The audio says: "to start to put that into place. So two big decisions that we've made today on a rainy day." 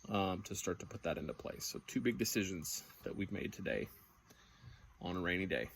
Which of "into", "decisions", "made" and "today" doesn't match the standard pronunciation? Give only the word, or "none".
none